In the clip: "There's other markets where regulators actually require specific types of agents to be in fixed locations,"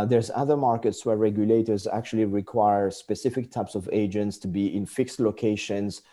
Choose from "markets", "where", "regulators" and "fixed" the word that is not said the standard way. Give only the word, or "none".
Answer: none